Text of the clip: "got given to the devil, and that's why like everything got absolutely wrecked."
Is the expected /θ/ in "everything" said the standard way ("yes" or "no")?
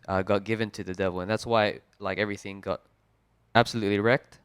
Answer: yes